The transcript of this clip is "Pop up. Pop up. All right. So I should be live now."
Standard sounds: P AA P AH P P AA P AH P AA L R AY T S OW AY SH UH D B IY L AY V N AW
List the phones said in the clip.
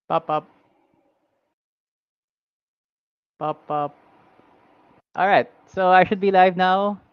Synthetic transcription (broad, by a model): P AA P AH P P AA P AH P AA L R AY T S OW AY SH UH D B IY L AY V N AW